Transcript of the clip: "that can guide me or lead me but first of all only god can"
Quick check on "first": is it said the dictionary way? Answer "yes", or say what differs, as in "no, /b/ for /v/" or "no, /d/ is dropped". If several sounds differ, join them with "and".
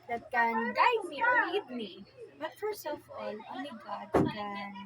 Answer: no, /t/ is dropped